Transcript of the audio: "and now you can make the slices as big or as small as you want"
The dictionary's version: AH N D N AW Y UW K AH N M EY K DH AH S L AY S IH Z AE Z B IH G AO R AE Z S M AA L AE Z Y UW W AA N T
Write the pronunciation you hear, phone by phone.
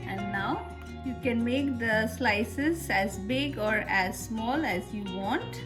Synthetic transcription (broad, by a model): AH N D N AW Y UW K AH N M EY K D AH S L AY S IH Z AE Z B IH G AO R AE Z S M AA L AE Z Y UW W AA N T